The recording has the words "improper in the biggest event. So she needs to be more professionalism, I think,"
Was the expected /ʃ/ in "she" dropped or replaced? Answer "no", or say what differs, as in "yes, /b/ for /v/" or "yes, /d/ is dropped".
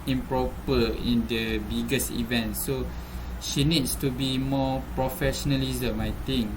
no